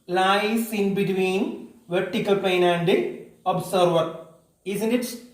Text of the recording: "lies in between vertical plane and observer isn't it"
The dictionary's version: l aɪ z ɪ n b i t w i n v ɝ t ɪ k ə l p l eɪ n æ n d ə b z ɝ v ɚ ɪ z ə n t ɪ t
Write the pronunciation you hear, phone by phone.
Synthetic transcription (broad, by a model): l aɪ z ɪ n b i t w i n v ɝ t ɪ k ə l p eɪ n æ n d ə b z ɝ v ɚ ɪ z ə n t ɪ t